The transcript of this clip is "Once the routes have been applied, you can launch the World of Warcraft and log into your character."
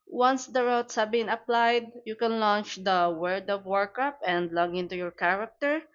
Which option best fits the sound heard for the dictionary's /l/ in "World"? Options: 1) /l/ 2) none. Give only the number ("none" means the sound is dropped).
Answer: 2